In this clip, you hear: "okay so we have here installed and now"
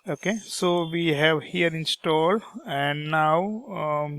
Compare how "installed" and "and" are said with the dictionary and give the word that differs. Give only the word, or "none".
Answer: none